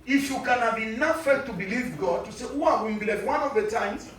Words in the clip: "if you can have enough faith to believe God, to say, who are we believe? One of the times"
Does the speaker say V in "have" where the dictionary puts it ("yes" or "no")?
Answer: no